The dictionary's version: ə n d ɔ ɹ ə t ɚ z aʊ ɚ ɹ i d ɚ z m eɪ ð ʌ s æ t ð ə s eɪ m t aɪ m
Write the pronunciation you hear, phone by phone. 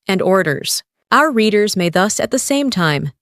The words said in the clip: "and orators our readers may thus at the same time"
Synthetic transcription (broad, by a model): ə n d ɔ ɹ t ɚ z aʊ ɚ ɹ i d ɚ z m eɪ ð ʌ s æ t ð ə s eɪ m t aɪ m